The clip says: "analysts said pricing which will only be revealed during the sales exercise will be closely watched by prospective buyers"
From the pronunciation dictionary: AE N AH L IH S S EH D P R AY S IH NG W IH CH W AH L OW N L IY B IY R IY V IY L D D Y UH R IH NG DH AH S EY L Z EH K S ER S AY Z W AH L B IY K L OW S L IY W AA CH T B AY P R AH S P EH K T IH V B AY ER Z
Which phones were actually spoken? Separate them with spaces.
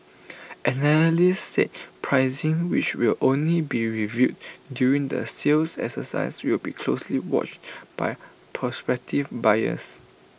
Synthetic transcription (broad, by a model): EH N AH L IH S S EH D P R AY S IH NG W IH CH W AH L OW N L IY B IY R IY V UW D D Y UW R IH NG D AH S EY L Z EH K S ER S AY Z W AH L B IY K L OW S L IY W AA CH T B AY P R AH S P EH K T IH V B AY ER S